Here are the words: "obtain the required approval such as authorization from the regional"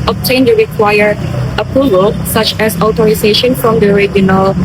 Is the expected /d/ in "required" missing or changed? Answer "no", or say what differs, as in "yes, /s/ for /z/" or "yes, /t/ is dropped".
yes, /d/ is dropped